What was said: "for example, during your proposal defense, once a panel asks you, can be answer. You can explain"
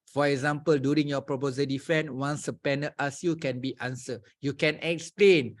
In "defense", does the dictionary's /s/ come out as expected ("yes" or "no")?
no